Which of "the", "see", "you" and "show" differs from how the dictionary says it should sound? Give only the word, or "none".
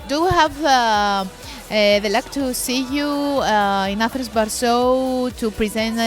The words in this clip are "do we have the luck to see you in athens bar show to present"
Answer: show